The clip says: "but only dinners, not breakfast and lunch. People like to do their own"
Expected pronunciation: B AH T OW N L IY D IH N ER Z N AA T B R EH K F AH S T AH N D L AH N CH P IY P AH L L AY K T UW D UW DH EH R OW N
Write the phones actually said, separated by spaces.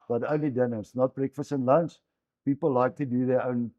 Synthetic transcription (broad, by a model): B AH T OW N L IY D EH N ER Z N AA T B R EH K F AH S T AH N L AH N S P IY P AH L L AY K T UW D UW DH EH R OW N